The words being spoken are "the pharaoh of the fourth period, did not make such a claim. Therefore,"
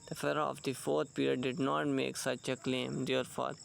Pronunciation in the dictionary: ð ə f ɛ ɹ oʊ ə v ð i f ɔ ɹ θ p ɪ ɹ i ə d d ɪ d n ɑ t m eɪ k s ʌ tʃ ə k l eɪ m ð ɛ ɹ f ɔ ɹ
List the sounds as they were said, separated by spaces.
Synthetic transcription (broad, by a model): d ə f ɛ ɹ oʊ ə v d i f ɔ ɹ t p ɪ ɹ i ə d d ɪ d n ɑ t m eɪ k s ʌ tʃ ə k l eɪ m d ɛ ɹ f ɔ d